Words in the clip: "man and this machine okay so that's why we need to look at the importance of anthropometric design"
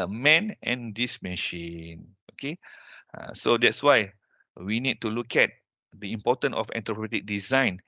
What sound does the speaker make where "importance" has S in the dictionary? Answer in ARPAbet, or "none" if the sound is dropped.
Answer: none